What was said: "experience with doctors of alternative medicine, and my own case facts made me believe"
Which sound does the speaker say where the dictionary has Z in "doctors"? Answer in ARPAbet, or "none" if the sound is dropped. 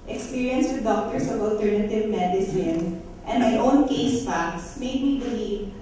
S